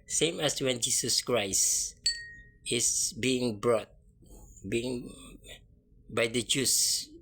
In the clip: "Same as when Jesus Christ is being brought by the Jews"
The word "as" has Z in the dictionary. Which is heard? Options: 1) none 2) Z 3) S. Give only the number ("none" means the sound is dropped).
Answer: 3